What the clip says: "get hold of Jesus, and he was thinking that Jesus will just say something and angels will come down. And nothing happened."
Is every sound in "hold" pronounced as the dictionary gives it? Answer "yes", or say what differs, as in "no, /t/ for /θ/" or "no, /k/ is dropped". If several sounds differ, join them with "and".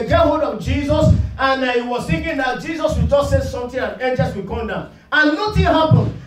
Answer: no, /l/ is dropped